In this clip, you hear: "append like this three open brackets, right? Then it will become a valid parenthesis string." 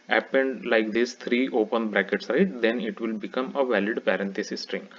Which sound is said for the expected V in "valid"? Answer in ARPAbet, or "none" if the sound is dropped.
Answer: V